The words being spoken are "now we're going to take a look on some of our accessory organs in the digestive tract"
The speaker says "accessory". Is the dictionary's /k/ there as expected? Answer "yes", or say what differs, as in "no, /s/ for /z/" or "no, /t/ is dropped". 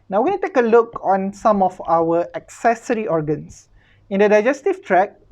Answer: yes